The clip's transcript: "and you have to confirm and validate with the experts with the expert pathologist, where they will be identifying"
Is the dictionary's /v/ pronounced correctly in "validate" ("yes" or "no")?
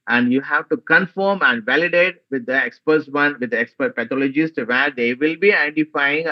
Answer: yes